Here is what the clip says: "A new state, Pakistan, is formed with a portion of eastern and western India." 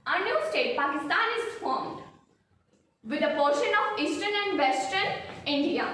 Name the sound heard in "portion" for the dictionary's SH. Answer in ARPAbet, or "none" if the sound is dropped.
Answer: SH